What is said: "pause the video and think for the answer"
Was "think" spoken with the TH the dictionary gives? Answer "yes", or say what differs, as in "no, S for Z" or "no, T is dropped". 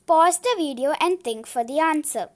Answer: no, T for TH